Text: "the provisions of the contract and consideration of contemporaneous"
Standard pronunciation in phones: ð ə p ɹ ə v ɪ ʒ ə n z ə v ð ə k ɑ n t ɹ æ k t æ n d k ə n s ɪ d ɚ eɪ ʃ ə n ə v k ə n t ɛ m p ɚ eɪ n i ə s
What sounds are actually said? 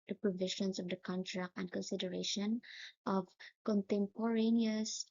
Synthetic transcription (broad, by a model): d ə p ɹ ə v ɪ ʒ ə n s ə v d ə k ɑ n t ɹ æ k t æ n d k ə n s ɪ d ɚ eɪ ʃ ə n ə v k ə n t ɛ m p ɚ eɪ n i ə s